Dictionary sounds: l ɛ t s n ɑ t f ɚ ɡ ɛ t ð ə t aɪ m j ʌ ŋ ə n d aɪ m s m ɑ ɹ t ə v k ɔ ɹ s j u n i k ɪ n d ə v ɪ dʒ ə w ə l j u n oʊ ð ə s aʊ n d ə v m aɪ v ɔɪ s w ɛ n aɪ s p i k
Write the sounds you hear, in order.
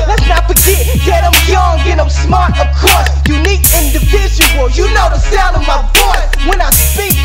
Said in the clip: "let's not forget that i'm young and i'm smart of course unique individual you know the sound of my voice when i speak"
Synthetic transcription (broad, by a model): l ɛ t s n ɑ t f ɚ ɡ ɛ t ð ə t aɪ m j ʌ ŋ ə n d aɪ m s m ɑ ɹ t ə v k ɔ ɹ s j u n i k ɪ n d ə v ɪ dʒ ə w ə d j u n oʊ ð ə s aʊ n d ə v m aɪ b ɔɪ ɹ w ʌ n aɪ s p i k